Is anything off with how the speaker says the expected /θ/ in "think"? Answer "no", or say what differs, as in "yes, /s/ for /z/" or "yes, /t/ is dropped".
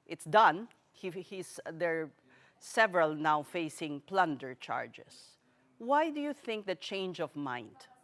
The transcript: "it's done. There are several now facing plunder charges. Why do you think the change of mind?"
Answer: no